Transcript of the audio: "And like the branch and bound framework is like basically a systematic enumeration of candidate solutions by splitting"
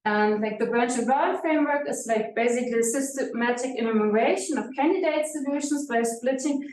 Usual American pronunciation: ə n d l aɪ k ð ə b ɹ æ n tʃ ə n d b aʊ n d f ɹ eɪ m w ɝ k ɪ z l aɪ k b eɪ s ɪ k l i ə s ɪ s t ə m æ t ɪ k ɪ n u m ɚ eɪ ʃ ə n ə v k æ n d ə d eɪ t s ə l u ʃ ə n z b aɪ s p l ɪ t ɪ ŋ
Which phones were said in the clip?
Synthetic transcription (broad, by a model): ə n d l aɪ k ð ə b ɹ æ n tʃ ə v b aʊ f ɹ eɪ m w ɝ k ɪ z l aɪ k b eɪ s ɪ k l i ə s ɪ s t ə m æ t ɪ k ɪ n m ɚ eɪ ʃ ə n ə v k æ n d ə d eɪ t s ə l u ʃ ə n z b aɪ s p l ɪ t ɪ ŋ